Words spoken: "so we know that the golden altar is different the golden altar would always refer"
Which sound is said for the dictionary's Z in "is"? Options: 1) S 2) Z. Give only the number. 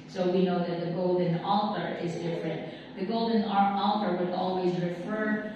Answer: 2